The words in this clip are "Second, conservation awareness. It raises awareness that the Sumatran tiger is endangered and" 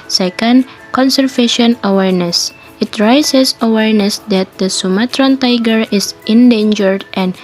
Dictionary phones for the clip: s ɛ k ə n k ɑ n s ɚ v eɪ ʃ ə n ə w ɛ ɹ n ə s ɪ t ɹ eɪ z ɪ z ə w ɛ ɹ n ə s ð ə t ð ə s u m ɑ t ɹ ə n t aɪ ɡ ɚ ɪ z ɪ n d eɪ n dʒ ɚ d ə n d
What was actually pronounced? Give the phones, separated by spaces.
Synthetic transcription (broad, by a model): s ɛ k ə n k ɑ n s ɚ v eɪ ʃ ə n ə w ɛ ɹ n ə s ɪ t ɹ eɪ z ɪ s ə w ɛ ɹ n ə s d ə t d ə s u m ɑ t ɹ ə n t aɪ ɡ ɚ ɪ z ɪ n d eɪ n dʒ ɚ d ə n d